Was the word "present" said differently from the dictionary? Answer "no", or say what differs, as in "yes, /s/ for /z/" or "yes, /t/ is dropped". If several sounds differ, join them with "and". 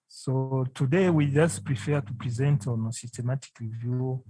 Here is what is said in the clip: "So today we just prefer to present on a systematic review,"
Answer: no